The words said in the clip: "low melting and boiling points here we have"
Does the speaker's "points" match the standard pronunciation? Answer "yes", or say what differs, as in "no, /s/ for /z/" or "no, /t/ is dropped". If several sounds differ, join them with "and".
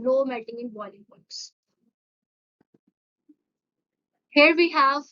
no, /n/ is dropped